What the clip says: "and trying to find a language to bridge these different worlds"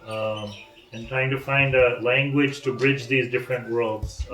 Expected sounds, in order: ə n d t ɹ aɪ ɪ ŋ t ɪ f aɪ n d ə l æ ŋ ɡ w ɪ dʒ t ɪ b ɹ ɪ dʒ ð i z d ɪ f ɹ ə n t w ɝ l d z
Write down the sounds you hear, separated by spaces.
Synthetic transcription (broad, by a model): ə n t ɹ aɪ ɪ ŋ t ɪ f aɪ n d ə l æ ŋ ɡ w ɪ dʒ t ɪ b ɹ ɪ dʒ ð i z d ɪ f ɹ ə n t w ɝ l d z